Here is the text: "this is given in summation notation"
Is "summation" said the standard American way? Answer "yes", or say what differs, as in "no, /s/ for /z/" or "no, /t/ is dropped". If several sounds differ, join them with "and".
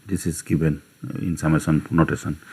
no, /s/ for /ʃ/